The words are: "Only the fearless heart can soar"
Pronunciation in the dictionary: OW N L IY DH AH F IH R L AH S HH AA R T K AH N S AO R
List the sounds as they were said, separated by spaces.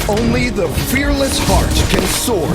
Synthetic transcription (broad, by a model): OW N L IY DH AH F IH R L AH S HH AA R T K AH N S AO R